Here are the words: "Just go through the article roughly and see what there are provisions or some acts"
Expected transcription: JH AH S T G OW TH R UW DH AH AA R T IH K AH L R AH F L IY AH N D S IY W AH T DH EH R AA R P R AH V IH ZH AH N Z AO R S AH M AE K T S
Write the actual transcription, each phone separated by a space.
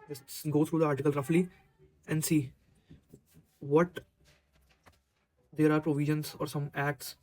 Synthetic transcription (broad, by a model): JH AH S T G OW T R UW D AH AA R T IH K AH L R AH F L IY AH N D S IY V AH T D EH R AA R P R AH V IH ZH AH N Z AO R S AH M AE K T S